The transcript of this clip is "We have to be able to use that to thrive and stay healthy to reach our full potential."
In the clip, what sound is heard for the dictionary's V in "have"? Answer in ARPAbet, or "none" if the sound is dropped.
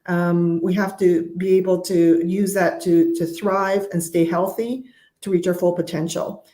F